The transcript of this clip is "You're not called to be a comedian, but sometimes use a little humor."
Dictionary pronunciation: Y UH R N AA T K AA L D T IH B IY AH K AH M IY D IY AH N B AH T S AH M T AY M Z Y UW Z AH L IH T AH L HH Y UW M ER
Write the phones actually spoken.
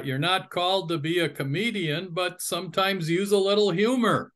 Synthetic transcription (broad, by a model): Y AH R N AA T K AA L D T IH B IY AH K AH M IY D IY AH N B AH T S AH M T AY M Z Y UW Z AH L IH T L HH Y UW M ER